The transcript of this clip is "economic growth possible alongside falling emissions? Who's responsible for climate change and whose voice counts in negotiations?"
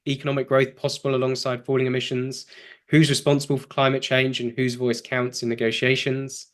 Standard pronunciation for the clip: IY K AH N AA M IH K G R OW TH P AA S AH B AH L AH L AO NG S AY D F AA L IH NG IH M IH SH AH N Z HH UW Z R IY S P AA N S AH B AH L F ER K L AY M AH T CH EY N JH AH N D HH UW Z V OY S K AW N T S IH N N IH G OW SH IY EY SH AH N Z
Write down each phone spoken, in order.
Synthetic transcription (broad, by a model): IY K AH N AA M IH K G R OW TH P AA S AH B AH L AH L AO NG S AY D F AA L IH NG IH M IH SH AH N Z HH UW Z R IY S P AA N S AH B AH L F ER K L AY M AH T CH EY N JH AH N HH UW Z V OY S K AW N T S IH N N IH G OW SH IY EY SH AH N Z